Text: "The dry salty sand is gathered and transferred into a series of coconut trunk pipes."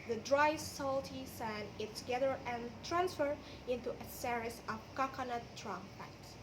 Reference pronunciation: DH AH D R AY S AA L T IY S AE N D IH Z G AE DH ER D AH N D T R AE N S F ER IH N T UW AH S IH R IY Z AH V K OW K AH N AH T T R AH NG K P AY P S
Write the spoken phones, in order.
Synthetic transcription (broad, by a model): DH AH D R AY S AA L T IY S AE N IH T G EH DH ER AH N T R AE N S F ER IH N T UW AH S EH R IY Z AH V K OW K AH N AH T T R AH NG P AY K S